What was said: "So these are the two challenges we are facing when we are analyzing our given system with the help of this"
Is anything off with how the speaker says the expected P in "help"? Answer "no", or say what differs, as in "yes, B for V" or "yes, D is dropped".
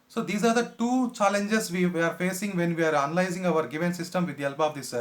yes, B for P